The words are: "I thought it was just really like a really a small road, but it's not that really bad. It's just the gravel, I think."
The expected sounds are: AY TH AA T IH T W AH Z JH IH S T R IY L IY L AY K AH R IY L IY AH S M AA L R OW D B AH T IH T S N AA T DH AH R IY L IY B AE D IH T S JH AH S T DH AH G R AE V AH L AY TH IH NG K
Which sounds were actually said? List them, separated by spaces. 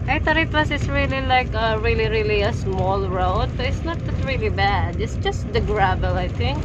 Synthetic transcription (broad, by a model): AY T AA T IH T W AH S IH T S R IY L IY L AY K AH R IY L IY AH S M AA L R OW D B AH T IH T S N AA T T R IY L IY B AE D IH T S JH AH S T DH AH G R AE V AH L AY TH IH NG K